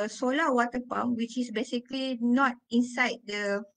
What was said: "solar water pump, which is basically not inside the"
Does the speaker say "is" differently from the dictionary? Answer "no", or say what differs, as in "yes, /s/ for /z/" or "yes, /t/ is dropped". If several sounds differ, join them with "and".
yes, /s/ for /z/